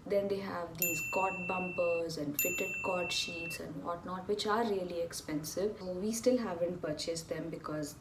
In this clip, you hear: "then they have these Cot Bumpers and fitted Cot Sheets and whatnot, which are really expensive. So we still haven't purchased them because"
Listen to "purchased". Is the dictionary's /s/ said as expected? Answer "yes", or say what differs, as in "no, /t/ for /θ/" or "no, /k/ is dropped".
yes